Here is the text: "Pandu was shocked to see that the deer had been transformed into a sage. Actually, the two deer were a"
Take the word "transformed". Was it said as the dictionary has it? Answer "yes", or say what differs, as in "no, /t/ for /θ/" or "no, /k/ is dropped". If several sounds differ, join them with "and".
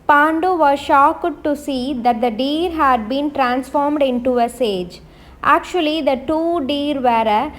yes